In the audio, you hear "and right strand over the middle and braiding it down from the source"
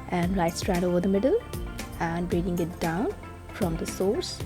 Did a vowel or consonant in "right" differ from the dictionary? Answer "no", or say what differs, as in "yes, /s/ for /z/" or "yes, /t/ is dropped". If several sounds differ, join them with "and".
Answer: yes, /l/ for /ɹ/